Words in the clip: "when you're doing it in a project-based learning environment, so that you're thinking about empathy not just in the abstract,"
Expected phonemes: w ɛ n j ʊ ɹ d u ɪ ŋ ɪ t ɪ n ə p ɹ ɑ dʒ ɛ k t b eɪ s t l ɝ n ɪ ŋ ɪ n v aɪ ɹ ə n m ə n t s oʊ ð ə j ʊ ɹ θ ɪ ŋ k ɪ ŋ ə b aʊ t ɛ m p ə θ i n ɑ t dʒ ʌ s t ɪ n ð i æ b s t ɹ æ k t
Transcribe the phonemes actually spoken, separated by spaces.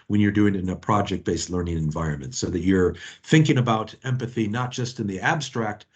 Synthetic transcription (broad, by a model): w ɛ n j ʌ ɹ d u ɪ ŋ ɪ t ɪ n ə p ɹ ɑ dʒ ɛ k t b eɪ s t l ɝ n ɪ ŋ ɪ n v aɪ ɹ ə n m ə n t s oʊ ð ə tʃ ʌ ɹ θ ɪ ŋ k ɪ ŋ ə b aʊ t ɛ m p ə θ i n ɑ t dʒ ʌ s t ɪ n ð i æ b s t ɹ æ k t